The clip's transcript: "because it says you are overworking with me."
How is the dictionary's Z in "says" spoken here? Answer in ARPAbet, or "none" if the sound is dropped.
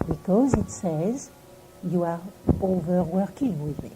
Z